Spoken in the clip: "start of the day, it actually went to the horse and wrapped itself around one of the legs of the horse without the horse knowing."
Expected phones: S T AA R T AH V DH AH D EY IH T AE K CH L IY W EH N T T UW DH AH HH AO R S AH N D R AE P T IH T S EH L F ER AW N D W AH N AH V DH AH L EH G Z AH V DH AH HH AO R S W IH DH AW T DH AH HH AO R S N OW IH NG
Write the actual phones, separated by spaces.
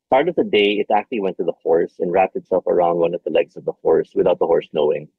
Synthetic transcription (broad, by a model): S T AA R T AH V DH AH D EY IH T AE K CH L IY W EH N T T UW DH AH HH AO R S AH N R AE P T IH T S EH L F ER AW N D W AH N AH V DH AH L EH G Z AH V DH AH HH AO R S W IH DH AW T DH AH HH AO R S N OW IH NG